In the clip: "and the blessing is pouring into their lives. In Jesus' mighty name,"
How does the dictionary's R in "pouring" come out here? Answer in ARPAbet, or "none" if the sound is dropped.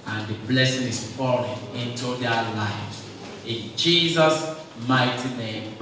L